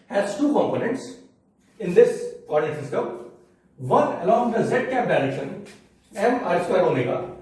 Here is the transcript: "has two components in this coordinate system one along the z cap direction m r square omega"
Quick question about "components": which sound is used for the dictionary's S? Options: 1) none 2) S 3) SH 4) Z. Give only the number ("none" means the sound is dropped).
2